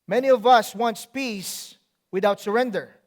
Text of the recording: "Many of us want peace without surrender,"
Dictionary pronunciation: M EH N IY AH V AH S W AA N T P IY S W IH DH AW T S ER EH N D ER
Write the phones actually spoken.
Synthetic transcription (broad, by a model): M EH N IY AH V AH S W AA N T P IY S W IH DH AW T S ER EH N D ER